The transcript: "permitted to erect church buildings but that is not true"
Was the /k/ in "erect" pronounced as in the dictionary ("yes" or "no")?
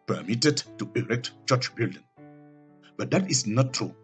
yes